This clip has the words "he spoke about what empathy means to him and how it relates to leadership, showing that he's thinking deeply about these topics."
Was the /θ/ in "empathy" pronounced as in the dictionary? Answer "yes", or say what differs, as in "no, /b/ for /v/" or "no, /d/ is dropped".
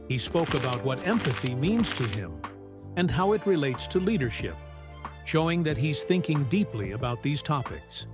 yes